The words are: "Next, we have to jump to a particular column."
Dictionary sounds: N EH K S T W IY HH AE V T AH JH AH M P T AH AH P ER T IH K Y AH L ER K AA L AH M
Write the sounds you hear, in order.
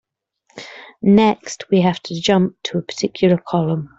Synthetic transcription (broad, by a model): N EH K S T W IY HH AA F T AH JH AH M P T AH AH P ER T IH K Y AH L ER K AA L AH M